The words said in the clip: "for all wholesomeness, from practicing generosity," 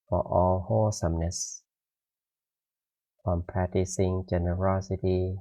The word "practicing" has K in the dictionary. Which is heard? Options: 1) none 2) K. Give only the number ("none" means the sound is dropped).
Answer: 1